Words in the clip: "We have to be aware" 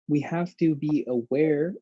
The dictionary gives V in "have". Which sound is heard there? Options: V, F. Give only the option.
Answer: F